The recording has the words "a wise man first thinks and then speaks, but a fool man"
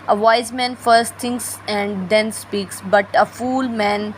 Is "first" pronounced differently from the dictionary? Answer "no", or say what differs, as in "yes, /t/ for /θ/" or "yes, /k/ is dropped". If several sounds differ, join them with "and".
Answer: no